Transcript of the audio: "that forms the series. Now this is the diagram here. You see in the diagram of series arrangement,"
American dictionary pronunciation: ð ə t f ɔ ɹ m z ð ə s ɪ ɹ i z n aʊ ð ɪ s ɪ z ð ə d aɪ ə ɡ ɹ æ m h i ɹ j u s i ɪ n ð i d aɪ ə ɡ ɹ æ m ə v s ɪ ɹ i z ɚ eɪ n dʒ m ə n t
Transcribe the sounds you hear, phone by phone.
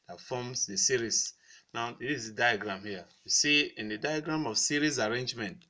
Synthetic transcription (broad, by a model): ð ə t f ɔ m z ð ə s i ɹ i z n aʊ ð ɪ ɪ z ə d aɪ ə ɡ ɹ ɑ m h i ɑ j u s i ɪ n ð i d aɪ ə ɡ ɹ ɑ m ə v s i ɹ i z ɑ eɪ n dʒ m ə n t